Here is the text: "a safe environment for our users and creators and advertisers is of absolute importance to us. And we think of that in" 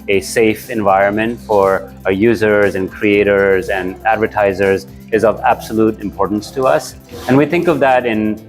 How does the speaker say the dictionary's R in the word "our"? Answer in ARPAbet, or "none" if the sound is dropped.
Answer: R